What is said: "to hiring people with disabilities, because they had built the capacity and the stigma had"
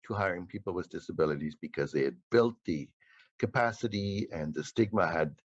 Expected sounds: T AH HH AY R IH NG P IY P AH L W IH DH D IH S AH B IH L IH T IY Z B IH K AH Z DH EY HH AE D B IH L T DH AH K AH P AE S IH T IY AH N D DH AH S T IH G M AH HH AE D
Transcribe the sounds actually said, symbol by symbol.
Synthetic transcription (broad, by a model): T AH HH AY R IH NG P IY P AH L W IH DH D IH S AH B IH L IH T IY Z B IH K AH Z DH EY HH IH D B IH L T DH AH K AH P AE S IH T IY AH N DH AH S T IH G M AH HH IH D